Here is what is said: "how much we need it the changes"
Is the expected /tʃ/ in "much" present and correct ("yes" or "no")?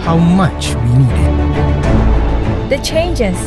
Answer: yes